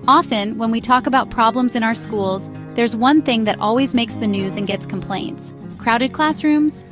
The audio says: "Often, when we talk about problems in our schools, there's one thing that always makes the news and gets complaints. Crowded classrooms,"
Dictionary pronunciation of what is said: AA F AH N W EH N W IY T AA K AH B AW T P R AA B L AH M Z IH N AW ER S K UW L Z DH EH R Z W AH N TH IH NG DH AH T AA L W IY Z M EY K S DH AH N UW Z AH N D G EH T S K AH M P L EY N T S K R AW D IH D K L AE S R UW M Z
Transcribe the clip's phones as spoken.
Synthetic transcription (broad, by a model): AA F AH N W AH N W IY T AA K AH B AW T P R AA B L AH M Z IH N AW ER S K UW L Z DH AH R Z W AH N TH IH NG DH AH T AA L W IY Z M EY K S DH AH N UW Z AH N G EH T S K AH M P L EY N T S K R AW D IH D K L AE S R UW M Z